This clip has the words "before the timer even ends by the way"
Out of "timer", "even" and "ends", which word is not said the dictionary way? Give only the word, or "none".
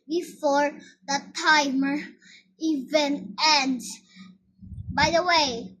ends